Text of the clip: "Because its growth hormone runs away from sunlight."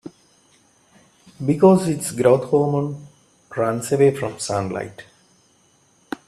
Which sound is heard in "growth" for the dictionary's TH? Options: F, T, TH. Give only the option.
T